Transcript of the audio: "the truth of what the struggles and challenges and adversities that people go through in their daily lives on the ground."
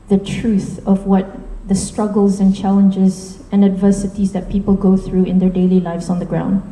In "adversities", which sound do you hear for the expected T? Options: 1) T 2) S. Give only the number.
1